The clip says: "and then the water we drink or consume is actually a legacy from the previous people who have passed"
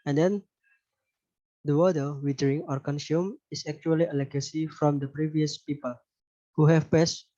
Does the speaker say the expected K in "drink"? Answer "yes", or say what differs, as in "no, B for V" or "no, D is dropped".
no, K is dropped